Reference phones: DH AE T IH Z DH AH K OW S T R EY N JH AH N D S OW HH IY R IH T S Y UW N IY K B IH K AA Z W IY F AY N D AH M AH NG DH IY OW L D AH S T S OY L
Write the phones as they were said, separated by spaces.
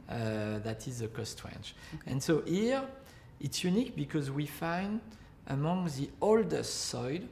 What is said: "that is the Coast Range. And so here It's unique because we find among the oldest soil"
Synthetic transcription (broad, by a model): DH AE T IH Z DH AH K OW S T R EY N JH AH N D S OW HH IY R IH T S Y UW N IY K B IH K AA Z W IY F AY N D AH M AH NG DH IY OW L D AH S T S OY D